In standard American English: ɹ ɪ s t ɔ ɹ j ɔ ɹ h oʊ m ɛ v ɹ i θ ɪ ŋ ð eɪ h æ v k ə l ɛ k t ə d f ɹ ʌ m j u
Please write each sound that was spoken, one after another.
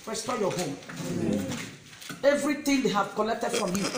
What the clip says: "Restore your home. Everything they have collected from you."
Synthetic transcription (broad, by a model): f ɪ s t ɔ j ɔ h oʊ m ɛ v ɹ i t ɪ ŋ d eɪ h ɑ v k ə l ɛ k t ə d f ɹ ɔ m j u